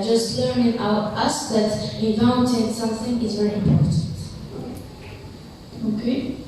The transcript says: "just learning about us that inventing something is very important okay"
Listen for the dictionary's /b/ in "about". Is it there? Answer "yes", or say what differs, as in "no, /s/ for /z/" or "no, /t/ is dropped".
no, /b/ is dropped